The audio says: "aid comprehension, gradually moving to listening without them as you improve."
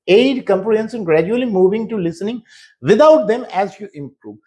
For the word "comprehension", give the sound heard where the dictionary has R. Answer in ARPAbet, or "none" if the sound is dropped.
L